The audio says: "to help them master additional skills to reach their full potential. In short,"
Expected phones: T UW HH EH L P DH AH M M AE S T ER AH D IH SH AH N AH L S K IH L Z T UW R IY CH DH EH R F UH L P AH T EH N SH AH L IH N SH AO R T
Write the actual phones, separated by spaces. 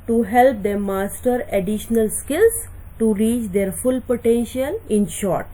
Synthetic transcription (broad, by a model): T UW HH EH L P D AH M M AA S T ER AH D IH SH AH N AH L S K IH L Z T UW R IY CH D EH R F UH L P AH T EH N SH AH N IH N SH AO R T